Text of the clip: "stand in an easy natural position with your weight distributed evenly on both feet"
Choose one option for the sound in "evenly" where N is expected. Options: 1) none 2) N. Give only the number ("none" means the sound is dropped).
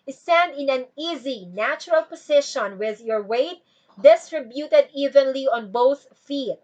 2